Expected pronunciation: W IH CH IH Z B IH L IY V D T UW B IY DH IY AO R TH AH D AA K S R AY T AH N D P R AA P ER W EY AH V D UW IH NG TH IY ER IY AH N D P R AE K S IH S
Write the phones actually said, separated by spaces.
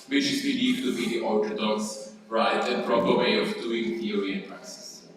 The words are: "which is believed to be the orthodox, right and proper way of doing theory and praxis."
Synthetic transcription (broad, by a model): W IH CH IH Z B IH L IY D T UW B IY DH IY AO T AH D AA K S R AY T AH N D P R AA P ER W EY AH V D UW IH NG T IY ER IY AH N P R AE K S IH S